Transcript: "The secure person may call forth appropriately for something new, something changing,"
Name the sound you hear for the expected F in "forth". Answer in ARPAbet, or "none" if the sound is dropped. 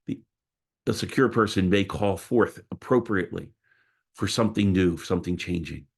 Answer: F